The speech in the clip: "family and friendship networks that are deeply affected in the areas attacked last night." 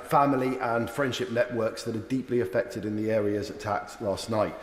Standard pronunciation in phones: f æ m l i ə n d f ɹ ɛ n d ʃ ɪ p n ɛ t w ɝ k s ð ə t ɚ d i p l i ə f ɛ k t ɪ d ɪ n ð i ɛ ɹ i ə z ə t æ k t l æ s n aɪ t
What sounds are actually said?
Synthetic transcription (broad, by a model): f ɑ m l i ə n f ɹ ɛ n d ʃ ɪ p n ɛ t w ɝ k s ð ə t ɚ d i p l i ə f ɛ k t ɪ d ɪ n ð i ɛ ɹ i ə z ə t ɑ k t l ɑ s n aɪ t